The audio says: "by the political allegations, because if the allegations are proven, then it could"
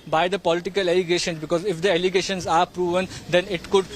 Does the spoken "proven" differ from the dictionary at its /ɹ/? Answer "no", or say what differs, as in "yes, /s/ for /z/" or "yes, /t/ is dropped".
no